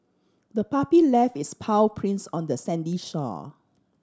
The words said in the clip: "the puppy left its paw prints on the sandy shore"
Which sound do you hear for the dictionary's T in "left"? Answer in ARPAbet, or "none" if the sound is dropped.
none